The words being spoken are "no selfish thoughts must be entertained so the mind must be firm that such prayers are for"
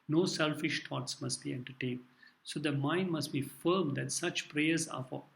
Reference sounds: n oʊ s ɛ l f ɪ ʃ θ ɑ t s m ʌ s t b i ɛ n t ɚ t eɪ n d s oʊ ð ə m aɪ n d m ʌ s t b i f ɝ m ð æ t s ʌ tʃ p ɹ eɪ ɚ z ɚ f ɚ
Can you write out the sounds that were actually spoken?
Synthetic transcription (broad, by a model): n oʊ s ɛ l f ɪ ʃ t ɑ t s m ʌ s t b i ɛ n t ɚ t eɪ n d s oʊ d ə m aɪ n d m ʌ s t b i f ɝ m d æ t s ʌ tʃ p ɹ eɪ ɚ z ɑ f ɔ